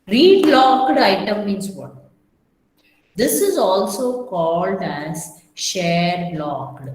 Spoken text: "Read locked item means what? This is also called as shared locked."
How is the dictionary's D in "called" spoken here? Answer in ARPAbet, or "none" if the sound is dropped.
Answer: D